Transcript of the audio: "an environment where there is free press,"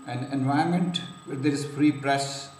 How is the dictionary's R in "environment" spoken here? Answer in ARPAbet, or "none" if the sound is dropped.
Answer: none